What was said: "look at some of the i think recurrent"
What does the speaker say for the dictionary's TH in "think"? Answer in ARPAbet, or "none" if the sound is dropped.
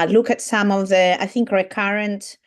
TH